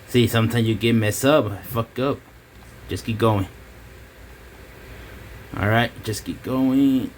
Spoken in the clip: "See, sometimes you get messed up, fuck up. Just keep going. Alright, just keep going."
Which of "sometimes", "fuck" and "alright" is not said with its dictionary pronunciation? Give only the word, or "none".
sometimes